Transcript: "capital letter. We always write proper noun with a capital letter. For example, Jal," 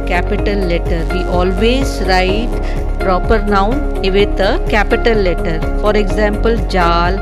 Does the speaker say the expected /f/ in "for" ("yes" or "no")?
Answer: yes